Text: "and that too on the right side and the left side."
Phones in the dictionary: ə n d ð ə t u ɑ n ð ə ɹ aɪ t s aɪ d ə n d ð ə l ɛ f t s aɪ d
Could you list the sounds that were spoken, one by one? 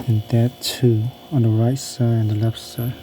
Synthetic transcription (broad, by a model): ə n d ð ə t u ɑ n ð ə ɹ aɪ t s aɪ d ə n ð ə l ɛ f t s aɪ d